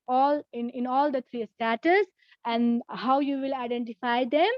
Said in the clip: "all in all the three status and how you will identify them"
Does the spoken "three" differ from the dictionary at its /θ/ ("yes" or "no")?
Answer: yes